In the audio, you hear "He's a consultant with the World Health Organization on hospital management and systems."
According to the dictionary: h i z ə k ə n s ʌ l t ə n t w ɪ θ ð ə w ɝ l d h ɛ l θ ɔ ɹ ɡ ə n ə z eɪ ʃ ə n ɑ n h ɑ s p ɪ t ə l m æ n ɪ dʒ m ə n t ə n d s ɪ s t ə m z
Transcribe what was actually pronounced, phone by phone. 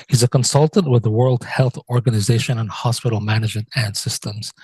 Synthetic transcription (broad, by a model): h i z ə k ə n s ʌ l t ə n t w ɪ ð ə w ɝ l d h ɛ l θ ɔ ɹ ɡ ə n ə z eɪ ʃ ə n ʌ n h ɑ s p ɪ t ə l m æ n ɪ dʒ m ə n t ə n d s ɪ s t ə m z